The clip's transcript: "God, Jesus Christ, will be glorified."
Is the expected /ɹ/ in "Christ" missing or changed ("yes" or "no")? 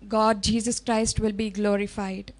no